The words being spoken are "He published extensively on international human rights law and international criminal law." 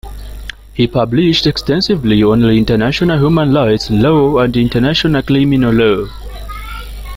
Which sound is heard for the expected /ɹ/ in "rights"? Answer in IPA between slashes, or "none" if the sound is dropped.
/l/